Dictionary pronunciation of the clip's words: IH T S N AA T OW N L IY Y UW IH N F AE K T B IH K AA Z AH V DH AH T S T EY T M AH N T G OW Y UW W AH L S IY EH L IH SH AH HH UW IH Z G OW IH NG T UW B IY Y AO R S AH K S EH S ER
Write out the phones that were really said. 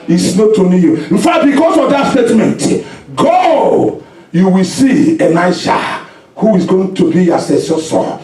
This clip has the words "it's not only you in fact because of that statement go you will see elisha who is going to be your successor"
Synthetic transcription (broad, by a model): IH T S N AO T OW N IY Y UW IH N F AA T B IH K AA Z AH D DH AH T S T EY T M AH N T G OW Y UW W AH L S IY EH N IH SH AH HH UW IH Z G OW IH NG T UW B IY Y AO S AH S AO S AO